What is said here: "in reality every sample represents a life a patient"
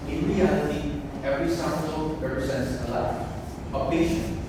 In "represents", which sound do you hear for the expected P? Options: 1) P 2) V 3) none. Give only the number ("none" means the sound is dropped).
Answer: 3